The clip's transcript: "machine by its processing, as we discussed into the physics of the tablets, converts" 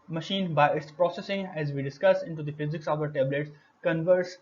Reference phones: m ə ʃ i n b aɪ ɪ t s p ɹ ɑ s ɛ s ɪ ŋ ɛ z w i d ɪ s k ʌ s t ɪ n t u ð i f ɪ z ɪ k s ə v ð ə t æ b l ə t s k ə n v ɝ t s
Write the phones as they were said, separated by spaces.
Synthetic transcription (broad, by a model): m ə ʃ i n b aɪ ɪ t s p ɹ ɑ s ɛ s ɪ ŋ ɛ z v i d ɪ s k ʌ s ɪ n t u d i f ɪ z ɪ k s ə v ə t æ b l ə t s k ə n v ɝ t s